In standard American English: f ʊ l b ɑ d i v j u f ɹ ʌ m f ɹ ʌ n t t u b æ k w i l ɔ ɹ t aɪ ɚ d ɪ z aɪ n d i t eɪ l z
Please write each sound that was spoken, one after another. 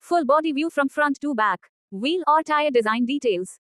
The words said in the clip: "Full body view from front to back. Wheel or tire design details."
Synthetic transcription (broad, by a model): f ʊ l b ɑ d i v j u f ɹ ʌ m f ɹ ʌ n t t u b æ k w i l ɔ ɹ t aɪ ɚ d ɪ z aɪ n d i t eɪ l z